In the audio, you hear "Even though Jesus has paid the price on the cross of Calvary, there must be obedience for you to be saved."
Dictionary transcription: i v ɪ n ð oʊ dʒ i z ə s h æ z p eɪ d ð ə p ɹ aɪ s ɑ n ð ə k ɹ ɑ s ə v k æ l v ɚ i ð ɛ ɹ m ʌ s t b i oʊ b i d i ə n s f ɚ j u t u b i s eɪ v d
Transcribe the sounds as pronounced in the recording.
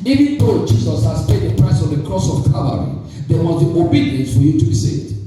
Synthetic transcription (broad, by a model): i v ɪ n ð oʊ dʒ i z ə s h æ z p eɪ d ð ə p ɹ aɪ s ɑ n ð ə k ɹ ɑ s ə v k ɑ v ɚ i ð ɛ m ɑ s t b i oʊ b i d i ə n s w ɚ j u t u b i s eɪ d